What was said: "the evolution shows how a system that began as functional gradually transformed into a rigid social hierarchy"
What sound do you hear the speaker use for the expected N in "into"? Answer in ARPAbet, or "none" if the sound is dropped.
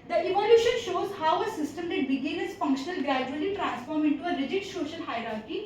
N